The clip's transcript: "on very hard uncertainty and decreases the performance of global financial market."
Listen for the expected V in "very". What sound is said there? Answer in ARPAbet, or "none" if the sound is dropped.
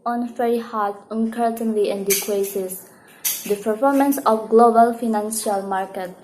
F